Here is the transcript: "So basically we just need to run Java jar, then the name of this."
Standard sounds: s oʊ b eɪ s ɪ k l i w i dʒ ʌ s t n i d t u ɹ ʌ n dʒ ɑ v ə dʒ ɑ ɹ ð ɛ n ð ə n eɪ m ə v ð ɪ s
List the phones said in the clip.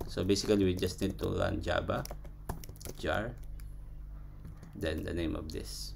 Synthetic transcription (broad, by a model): s oʊ b eɪ s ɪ k l i w i dʒ ʌ s t n i d t u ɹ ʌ n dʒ ɑ b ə dʒ ɑ ɹ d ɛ n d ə n eɪ m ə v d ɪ s